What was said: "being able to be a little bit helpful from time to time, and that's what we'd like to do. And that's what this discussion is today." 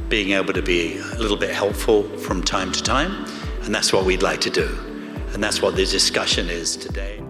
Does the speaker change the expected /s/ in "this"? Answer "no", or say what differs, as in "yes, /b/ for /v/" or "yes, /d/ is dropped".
yes, /s/ is dropped